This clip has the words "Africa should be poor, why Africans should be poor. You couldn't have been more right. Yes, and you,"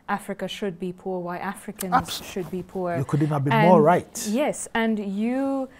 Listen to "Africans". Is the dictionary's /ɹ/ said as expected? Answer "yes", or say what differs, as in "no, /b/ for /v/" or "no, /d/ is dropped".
yes